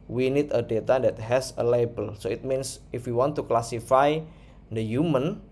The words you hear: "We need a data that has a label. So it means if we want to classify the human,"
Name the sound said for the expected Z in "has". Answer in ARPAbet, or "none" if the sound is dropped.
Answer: S